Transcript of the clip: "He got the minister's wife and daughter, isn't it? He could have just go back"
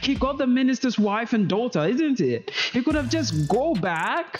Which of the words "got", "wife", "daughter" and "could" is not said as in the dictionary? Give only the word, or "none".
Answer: none